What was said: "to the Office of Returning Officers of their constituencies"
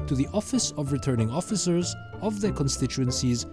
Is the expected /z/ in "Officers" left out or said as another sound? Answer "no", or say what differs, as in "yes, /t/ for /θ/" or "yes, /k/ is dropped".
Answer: no